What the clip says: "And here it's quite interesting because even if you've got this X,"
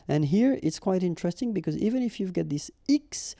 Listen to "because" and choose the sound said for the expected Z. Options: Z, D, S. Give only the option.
Z